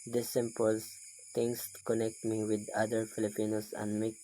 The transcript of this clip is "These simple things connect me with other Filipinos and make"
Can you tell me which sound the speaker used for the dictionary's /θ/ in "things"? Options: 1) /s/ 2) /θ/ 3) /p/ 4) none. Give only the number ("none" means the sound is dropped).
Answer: 1